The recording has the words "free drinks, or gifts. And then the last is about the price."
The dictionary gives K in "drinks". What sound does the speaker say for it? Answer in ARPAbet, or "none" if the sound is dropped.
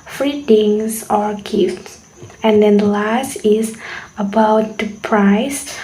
none